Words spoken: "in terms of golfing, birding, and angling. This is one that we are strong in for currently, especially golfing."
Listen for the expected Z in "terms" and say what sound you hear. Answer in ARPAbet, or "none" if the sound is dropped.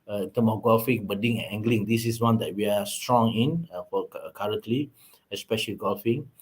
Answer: none